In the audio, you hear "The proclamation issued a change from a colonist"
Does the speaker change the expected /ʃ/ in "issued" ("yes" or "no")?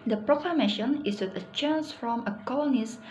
yes